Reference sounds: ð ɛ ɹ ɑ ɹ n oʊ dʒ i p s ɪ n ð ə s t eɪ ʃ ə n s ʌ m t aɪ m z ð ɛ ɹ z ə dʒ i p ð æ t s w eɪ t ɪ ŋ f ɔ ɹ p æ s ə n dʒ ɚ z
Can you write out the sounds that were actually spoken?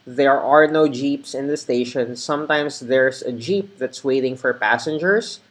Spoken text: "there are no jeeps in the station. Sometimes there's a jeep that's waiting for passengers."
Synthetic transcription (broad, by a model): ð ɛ ɹ ɑ ɹ n oʊ dʒ i p s ɪ n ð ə s t eɪ ʃ ə n s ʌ m t aɪ m s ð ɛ ɹ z ə dʒ i p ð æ t s w eɪ t ɪ ŋ f ɔ ɹ p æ s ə n dʒ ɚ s